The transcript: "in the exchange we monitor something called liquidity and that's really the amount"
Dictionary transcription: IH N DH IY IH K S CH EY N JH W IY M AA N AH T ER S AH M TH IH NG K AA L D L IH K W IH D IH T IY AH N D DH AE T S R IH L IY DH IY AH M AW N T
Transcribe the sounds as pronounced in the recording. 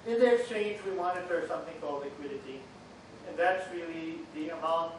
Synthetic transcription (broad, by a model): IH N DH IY IH K S CH EY N JH W IY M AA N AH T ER S AH M TH IH NG K AA L D L IH K W IH D IH T IY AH N DH AE T S R IH L IY DH IY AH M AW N